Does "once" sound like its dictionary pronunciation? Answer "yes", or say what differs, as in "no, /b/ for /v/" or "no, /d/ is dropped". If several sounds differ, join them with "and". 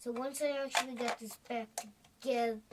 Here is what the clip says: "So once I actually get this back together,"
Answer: yes